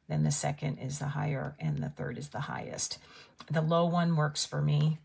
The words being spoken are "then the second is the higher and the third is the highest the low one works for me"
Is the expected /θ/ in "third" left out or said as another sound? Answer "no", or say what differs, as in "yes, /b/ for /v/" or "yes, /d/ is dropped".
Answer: no